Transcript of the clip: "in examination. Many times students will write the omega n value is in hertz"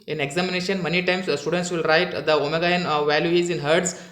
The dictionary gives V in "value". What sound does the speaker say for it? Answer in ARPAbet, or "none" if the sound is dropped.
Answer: V